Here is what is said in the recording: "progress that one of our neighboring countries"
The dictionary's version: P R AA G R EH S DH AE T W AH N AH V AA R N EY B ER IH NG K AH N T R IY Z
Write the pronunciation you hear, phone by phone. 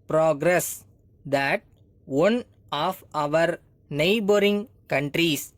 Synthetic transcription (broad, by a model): P R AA G R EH S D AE T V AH N AH V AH R N EY B ER IH NG K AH N T R IY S